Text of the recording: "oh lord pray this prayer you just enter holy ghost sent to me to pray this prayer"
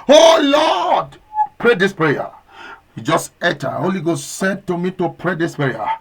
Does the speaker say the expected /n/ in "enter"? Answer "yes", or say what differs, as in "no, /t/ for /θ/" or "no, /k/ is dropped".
no, /n/ is dropped